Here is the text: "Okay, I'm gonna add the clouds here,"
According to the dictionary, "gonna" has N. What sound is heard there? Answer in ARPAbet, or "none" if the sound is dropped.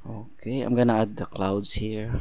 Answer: N